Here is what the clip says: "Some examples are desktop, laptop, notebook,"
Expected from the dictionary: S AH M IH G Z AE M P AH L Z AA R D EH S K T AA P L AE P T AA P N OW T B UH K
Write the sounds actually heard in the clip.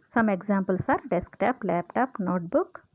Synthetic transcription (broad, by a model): S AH M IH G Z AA M P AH L S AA R D EH S K T AA P L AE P T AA P N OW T B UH K